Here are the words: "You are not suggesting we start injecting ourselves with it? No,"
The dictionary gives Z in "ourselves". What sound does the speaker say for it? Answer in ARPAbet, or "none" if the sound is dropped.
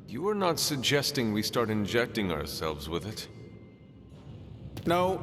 Z